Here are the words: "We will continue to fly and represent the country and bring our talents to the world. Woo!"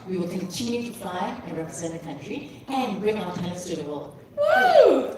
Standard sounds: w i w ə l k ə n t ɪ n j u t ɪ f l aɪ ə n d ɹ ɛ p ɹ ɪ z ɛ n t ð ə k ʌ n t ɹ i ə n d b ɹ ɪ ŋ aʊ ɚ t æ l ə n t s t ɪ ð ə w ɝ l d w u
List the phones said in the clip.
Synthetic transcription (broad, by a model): w i w ə l k ə n t ɪ n j u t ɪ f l aɪ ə n ɹ ɛ p ɹ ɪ z ɛ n ð ə k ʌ n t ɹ i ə n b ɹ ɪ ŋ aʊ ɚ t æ ə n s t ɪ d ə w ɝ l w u